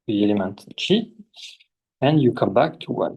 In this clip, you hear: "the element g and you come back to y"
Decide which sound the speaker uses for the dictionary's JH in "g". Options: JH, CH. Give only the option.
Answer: CH